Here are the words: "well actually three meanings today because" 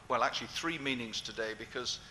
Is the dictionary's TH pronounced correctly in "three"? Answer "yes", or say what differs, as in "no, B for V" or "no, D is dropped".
yes